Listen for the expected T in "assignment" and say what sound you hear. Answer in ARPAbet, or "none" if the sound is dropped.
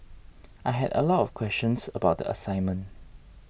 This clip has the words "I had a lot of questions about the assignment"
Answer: T